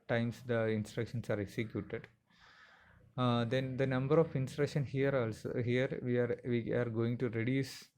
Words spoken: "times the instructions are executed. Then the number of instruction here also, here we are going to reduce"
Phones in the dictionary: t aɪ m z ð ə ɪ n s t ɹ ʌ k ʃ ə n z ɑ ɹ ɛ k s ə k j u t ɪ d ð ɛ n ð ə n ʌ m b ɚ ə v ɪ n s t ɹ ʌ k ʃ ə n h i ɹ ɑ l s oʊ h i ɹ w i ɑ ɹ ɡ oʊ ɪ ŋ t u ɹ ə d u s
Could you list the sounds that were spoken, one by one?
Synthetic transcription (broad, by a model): t aɪ m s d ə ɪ n s t ɹ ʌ k ʃ ə n s ɑ ɹ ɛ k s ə k j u t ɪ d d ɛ n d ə n ʌ m b ɚ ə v ɪ n s t ɹ ʌ k ʃ ə n h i ɹ ɑ l s oʊ h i ɹ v i ɑ ɹ ɡ oʊ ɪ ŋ t u ɹ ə d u s